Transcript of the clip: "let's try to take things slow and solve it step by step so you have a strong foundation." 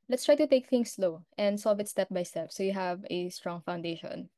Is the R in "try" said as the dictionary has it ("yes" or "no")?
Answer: yes